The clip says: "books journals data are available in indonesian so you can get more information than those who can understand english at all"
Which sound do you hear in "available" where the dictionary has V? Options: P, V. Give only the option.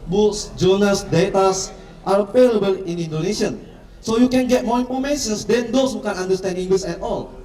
P